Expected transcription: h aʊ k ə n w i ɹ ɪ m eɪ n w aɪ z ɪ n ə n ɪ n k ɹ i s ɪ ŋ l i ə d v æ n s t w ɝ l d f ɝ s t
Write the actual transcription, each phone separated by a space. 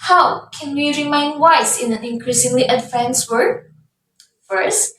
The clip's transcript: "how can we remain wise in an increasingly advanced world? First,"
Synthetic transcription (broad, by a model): h aʊ k ə n w i ɹ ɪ m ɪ n w aɪ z ɪ n ə n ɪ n k ɹ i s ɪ ŋ l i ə d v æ n s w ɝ d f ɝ s t